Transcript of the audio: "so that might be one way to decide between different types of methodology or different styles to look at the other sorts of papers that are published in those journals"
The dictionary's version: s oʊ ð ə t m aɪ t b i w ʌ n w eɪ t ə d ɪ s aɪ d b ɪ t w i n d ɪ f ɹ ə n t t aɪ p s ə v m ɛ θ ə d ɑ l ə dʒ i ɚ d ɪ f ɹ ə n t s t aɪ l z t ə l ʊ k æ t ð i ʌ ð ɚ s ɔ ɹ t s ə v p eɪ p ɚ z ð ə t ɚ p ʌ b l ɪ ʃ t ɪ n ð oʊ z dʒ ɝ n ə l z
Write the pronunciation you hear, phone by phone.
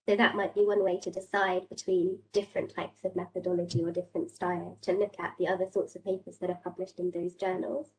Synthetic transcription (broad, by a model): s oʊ ð ə t m aɪ t b i w ʌ n w eɪ t ə d ɪ s aɪ d b ɪ t w i n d ɪ f ɹ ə n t t aɪ p s ə v m ɛ θ ə d ɑ l ə dʒ i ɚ d ɪ f ɹ ə n t s t aɪ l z t ə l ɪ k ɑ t ð i ʌ ð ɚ s ɔ t s ə v p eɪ p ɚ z ð ə t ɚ p ʌ b l ɪ ʃ t ɪ n ð oʊ z dʒ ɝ n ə l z